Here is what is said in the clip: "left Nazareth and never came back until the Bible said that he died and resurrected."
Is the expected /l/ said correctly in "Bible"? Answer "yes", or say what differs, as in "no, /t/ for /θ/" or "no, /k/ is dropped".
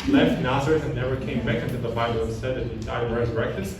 no, /n/ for /l/